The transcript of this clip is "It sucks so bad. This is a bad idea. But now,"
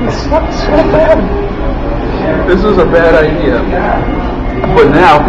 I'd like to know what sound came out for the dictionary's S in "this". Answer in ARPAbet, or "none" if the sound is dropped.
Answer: S